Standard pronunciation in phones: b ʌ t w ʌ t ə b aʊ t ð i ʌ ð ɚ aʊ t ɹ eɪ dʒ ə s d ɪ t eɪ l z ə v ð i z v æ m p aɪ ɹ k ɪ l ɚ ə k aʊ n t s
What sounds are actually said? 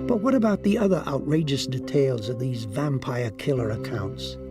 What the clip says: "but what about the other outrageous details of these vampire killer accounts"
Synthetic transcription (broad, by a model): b ʌ t w ʌ t ə b aʊ t ð i ʌ ð ɚ aʊ t ɹ eɪ dʒ ə s d ɪ t eɪ l z ə v ð i z v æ m p aɪ ɹ k ɪ l ɚ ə k aʊ n t s